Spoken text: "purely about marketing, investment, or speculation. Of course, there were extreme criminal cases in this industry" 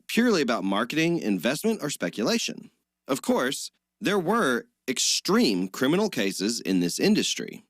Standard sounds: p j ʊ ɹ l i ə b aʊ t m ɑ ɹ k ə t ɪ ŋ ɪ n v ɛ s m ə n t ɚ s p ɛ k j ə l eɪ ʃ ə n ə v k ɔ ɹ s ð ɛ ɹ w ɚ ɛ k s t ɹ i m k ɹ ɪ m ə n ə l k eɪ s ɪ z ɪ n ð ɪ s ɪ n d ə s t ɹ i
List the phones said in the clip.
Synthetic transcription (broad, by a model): p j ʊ ɹ l i ə b aʊ t m ɑ ɹ k ə t ɪ ŋ ɪ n v ɛ s m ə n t ɚ s p ɛ k j ə l eɪ ʃ ə n ə v k ɔ ɹ s ð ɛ ɹ w ɚ ɛ k s t ɹ i m k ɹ ɪ m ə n l k eɪ s ɪ z ɪ n ð ɪ s ɪ n d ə s t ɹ i